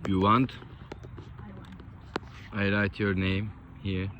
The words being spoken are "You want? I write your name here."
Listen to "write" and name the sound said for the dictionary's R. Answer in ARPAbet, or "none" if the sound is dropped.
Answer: L